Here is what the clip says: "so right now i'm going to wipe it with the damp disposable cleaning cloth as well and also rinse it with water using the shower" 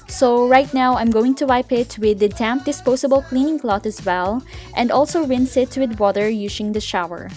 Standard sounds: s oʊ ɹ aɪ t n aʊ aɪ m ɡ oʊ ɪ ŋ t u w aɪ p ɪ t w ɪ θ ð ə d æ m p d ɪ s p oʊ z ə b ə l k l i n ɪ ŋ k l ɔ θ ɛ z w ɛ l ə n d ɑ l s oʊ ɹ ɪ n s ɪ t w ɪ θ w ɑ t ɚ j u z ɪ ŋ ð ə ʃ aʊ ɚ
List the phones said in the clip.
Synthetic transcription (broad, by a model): s oʊ ɹ aɪ t n aʊ aɪ m ɡ oʊ ɪ ŋ t u w aɪ p ɪ t w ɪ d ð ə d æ m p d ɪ s p oʊ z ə b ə l k l i n ɪ ŋ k l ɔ t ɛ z w ɛ l ə n d ɑ l s oʊ ɹ ɪ n s ɪ t w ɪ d w ɑ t ɚ j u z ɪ ŋ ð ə ʃ aʊ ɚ